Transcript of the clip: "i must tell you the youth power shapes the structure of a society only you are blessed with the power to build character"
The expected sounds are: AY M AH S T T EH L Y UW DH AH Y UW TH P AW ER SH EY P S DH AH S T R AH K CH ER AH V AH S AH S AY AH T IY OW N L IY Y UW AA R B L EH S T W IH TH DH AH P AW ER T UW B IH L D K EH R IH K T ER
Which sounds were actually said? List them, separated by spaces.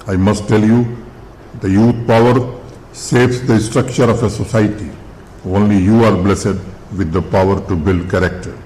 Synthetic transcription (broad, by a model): AY M AH S T T EH L Y UW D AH Y UW T P AW ER S EY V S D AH S T R AH K CH ER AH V AH S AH S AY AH T IY OW N L IY Y UW AA R B L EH S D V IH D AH P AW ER T UW B IH L D K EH R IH K T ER